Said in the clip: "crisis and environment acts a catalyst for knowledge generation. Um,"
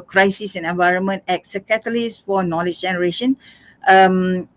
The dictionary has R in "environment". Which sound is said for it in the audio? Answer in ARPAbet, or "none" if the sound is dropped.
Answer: R